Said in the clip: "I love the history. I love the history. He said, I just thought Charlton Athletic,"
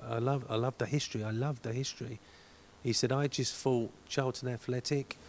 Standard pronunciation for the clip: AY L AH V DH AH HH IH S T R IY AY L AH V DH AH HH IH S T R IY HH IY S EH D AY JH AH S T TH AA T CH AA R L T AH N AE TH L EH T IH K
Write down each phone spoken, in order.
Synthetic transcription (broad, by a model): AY L AH V DH AH HH IH S T R IY AY L AH V DH AH HH IH S T R IY HH IY S EH D AY JH AH S T F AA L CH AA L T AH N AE TH L EH T IH K